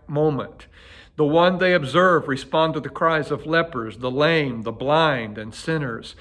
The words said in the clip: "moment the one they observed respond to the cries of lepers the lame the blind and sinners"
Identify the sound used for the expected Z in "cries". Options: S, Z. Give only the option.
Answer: Z